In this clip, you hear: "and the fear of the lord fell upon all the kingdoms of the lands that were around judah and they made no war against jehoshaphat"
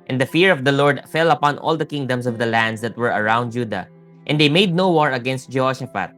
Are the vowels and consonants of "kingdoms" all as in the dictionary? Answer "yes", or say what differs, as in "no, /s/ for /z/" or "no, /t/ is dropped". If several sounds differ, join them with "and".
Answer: no, /s/ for /z/